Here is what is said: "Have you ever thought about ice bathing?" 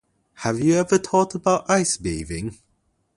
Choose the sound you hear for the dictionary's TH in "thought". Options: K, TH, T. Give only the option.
T